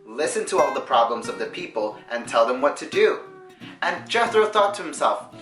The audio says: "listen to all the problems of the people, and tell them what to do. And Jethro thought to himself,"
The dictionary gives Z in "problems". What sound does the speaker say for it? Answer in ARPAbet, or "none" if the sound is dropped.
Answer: Z